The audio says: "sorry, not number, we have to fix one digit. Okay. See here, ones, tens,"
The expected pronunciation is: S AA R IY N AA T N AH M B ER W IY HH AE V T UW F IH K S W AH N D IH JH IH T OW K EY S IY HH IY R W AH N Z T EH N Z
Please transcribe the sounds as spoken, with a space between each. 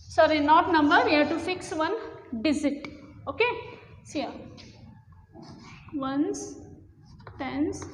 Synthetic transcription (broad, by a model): S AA R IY N AA T N AH M B ER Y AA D T UW F IH K S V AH N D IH Z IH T OW K EY S IY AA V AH N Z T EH N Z